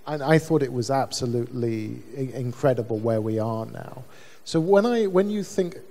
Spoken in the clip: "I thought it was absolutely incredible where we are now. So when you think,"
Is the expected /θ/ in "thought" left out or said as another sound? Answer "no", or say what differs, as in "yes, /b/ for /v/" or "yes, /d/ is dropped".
no